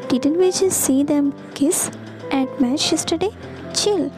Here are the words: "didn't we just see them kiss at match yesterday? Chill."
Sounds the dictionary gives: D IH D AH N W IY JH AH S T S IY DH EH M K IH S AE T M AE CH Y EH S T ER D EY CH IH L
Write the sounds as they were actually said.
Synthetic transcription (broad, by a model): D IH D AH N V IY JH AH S S IY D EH M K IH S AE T M AE CH Y EH S T ER D EY CH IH L